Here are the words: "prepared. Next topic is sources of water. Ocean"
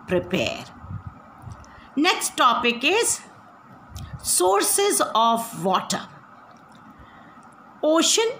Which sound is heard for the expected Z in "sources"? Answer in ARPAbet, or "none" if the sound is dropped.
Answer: Z